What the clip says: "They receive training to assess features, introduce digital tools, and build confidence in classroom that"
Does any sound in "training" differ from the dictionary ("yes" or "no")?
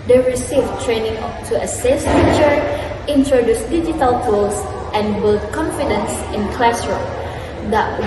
no